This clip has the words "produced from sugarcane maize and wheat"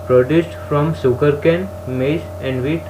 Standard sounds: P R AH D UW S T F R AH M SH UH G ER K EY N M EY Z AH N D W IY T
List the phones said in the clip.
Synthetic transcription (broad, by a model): P R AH D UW S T F R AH M S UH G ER K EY N M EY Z AH N D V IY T